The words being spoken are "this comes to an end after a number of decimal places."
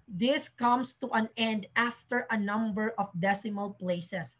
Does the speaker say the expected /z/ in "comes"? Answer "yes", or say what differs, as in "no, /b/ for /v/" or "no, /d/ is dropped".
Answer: no, /s/ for /z/